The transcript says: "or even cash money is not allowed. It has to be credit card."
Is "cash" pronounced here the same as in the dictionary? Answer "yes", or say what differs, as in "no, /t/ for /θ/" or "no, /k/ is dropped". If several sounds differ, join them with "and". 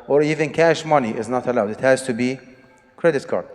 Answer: yes